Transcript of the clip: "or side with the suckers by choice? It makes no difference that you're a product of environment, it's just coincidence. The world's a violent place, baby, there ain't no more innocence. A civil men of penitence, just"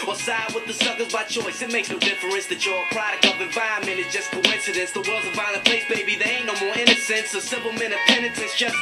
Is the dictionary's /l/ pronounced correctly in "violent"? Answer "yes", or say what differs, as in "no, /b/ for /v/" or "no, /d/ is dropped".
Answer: no, /n/ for /l/